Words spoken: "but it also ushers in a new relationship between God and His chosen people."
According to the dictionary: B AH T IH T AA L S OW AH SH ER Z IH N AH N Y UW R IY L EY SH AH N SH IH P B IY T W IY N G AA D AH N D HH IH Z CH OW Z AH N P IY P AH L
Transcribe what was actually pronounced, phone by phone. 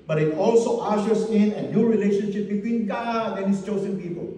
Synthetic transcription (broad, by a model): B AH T IH T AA L S OW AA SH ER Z IH N AH N Y UW R IY L EY SH AH N SH IH P B IY T W IY N G AA D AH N HH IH S CH OW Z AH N P IY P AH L